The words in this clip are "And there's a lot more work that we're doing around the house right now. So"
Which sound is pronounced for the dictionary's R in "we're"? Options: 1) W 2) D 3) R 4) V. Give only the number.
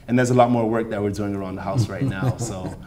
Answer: 3